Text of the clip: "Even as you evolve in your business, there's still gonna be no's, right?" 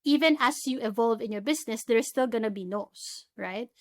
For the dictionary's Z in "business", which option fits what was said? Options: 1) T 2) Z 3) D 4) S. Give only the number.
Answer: 4